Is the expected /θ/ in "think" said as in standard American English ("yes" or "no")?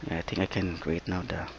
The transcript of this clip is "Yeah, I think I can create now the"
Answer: no